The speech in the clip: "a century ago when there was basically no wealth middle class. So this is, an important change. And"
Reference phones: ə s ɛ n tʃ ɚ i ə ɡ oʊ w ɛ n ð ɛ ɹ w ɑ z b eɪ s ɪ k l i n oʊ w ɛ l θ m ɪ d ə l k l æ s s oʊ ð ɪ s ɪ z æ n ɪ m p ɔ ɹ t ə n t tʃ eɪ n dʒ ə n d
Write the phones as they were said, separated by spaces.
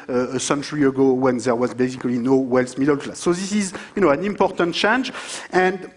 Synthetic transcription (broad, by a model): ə s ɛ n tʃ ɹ i ə ɡ oʊ w ɛ n ð ɛ ɹ w ɑ z b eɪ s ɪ k l i n oʊ w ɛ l s m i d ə l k l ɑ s s oʊ ð ɪ s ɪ z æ n ɪ m p ɔ ɹ t ə n t tʃ eɪ n dʒ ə n d